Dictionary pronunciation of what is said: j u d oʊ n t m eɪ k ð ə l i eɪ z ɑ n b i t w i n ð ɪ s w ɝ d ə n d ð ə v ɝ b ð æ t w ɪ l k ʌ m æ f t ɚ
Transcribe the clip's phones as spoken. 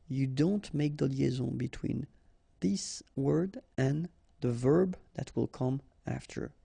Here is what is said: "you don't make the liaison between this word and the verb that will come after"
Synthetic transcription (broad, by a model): j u d oʊ n t m eɪ k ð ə l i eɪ z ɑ b i t w i n ð ɪ s w ɝ d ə n ð ə v ɝ b ð æ t w ɪ l k ʌ m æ f t ɚ